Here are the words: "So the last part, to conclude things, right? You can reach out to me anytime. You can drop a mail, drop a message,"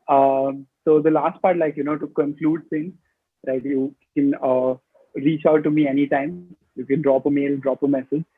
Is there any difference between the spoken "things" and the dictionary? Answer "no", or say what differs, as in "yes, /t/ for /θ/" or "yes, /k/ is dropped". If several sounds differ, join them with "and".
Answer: yes, /s/ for /θ/